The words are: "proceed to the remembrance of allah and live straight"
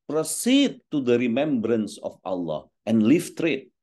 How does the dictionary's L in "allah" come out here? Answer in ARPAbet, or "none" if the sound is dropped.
L